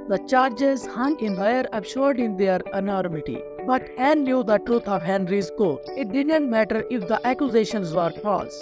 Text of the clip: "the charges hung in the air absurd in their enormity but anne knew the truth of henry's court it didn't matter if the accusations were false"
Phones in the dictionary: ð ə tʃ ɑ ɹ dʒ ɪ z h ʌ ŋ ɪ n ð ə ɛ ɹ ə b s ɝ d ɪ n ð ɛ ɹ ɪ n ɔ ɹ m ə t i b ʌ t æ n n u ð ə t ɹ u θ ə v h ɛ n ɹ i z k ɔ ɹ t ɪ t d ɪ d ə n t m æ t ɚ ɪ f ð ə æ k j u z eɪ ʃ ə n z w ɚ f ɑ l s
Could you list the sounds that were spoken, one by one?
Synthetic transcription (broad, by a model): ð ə tʃ ɑ ɹ dʒ ɪ z h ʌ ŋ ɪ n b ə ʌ ɹ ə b ʃ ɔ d ɪ n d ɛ ɹ ɪ n ɔ ɹ m ə t i b ʌ t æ n l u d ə t ɹ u t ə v h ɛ n ɹ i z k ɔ ɪ t d ɪ d ə n t m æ t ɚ ɪ f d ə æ k j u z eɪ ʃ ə n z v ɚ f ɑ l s